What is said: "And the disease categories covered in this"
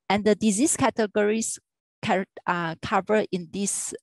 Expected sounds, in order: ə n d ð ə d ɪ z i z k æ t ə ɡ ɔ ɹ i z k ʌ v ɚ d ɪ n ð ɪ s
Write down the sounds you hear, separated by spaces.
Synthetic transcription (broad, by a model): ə n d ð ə d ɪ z i s k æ t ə ɡ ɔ ɹ i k k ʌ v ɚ ɪ n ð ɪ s